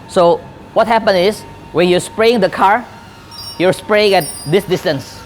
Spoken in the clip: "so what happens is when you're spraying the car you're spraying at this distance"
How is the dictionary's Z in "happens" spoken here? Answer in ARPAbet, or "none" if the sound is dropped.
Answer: none